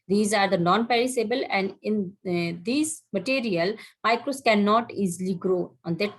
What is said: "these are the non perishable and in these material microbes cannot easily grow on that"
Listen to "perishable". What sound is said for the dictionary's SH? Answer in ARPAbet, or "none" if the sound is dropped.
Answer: S